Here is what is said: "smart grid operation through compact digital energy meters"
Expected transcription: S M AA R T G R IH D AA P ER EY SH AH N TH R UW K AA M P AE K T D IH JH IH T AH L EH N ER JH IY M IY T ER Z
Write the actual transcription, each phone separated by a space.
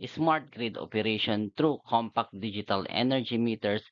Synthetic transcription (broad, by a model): S M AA R T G R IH D AA P ER EY SH AH N T R UW K AA M P AE K T D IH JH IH T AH L EH N ER JH IY M IY T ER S